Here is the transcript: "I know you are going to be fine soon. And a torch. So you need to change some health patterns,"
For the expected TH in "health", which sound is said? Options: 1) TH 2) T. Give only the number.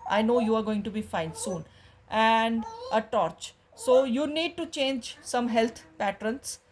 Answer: 2